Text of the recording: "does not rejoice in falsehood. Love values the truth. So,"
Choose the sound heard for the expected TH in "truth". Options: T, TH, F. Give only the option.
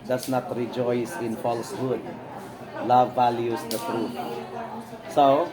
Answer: T